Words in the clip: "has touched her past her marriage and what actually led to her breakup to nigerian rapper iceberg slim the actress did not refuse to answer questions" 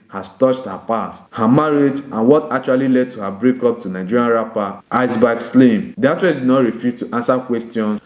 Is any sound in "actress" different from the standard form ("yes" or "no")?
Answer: yes